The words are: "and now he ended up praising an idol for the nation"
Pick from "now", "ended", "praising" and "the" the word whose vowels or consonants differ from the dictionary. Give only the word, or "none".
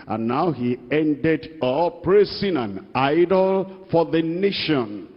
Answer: praising